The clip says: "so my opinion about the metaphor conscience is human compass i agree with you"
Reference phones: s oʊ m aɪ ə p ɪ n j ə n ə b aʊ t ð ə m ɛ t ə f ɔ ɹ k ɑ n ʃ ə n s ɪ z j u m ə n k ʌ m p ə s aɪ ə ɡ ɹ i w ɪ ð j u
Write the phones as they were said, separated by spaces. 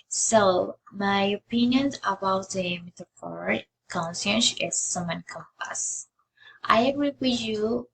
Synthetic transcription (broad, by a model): s oʊ m aɪ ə p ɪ n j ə n ə b aʊ t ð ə m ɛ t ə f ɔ ɹ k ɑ n s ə n ʃ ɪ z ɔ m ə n k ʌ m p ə s aɪ ə ɡ ɹ i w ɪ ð j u